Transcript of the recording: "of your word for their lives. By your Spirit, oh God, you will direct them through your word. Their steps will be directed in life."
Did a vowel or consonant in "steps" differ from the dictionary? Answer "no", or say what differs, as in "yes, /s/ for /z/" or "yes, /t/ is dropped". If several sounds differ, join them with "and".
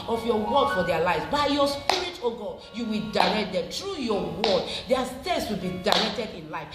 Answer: yes, /p/ is dropped